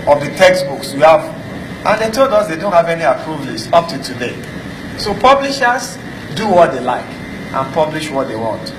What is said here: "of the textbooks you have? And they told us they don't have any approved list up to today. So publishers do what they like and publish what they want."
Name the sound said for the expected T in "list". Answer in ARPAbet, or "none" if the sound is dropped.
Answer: none